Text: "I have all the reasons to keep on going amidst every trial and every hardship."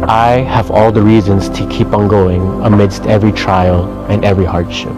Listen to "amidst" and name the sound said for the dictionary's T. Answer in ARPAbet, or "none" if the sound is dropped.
T